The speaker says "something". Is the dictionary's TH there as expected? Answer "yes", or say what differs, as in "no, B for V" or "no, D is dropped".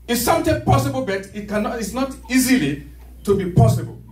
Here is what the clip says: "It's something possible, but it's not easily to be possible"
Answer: no, T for TH